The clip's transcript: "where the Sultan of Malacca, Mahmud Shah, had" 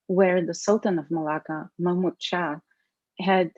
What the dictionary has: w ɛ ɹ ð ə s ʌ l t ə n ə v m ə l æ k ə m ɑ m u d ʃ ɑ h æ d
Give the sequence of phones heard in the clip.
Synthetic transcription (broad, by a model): w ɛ ɹ ð ə s ʌ l t ə n ə v m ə l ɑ k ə m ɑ m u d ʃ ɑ h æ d